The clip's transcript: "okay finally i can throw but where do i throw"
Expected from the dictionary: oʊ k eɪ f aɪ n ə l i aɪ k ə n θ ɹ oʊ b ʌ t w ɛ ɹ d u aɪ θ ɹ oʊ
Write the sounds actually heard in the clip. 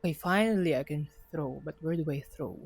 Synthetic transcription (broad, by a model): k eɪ f aɪ n ə l i aɪ k ə n θ ɹ oʊ b ʌ t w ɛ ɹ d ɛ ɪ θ ɹ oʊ